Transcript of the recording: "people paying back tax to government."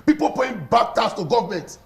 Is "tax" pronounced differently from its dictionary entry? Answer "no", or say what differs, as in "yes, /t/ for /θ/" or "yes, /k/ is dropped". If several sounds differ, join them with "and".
yes, /k/ is dropped